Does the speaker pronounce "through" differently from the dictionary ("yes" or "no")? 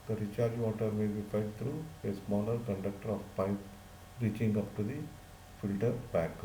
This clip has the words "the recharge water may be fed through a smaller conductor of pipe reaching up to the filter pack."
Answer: yes